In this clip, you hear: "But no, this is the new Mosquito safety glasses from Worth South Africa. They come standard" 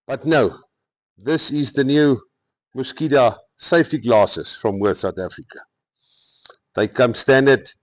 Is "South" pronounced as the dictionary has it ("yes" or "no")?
no